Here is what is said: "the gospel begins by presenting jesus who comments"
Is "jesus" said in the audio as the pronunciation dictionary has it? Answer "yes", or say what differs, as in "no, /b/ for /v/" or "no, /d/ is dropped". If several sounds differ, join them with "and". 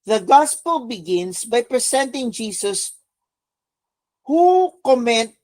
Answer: no, /s/ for /z/